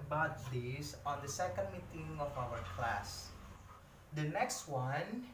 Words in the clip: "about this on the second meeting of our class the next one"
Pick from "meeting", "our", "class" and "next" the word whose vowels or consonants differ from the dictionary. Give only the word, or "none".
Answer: none